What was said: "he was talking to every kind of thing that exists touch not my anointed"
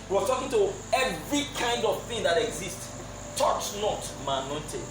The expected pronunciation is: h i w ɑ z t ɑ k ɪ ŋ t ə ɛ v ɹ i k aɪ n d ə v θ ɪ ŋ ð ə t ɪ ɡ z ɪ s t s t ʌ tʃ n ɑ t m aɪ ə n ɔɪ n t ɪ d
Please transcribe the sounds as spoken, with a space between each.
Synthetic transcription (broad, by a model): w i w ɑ t ɑ k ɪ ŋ t ə ɛ v ɹ i k aɪ n d ə v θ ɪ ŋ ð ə t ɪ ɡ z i s t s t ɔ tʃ n ɑ t m aɪ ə n ɔɪ n t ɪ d